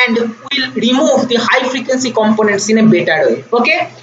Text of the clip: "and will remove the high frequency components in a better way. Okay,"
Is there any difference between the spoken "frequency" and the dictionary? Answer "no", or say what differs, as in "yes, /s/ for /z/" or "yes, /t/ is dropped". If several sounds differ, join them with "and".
no